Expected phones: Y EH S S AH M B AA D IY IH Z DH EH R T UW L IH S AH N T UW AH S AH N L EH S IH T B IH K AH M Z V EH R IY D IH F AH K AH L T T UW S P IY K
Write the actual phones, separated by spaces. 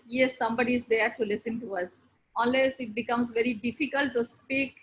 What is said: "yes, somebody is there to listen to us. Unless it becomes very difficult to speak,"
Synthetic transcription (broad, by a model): Y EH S S AH M B AA D IY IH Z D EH R T UW L IH S AH N T UW AH S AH L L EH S IH T B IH K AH M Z V EH R IY D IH F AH K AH L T T UW S P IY K